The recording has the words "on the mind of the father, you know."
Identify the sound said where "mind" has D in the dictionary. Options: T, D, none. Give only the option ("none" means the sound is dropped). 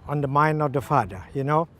D